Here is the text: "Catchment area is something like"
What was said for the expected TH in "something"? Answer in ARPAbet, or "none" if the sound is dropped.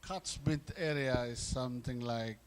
T